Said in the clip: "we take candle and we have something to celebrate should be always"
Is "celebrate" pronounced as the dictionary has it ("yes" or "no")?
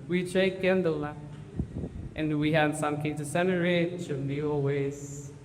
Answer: no